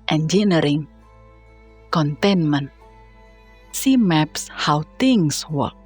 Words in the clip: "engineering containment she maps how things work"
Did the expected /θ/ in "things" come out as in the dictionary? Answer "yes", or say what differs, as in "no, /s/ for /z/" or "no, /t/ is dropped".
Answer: no, /t/ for /θ/